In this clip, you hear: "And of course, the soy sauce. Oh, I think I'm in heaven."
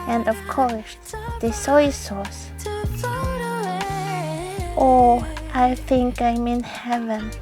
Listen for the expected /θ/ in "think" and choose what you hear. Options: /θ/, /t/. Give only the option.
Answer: /θ/